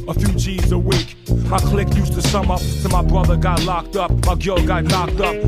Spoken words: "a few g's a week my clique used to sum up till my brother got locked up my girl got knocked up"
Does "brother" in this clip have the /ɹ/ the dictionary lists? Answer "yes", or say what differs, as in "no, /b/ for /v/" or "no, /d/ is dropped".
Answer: yes